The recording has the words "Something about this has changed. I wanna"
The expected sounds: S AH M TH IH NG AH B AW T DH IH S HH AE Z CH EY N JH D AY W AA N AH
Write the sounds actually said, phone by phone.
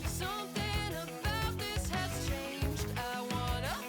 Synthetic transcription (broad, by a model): S AH M TH IH NG AH B AW T DH IH S HH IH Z CH EY N JH D AY W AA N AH